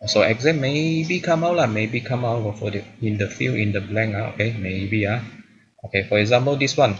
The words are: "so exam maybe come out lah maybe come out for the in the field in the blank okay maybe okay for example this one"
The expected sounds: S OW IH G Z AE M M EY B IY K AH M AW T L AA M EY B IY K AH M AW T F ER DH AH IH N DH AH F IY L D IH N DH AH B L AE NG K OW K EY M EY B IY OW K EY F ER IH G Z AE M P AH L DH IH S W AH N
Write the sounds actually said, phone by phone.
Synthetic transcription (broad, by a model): S OW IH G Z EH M M EY B IY K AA M AW T L AA M EY B IY K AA M AW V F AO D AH IH N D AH F IY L IH N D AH B L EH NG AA OW K EY M EY B IY OW K EY F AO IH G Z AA M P AH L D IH S W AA N